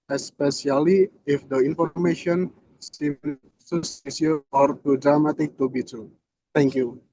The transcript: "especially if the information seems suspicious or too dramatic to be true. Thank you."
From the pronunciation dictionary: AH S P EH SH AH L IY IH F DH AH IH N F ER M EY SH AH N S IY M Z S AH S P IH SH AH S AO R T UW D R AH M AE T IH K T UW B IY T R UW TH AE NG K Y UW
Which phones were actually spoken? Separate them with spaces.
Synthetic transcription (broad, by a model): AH S P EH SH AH L IY IH F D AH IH N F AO M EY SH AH N S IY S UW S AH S IY AH AO R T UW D R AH M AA T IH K T UW B IY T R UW T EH NG K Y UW